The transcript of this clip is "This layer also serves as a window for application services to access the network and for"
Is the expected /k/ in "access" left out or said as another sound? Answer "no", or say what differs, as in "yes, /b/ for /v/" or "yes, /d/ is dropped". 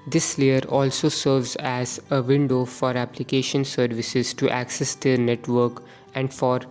no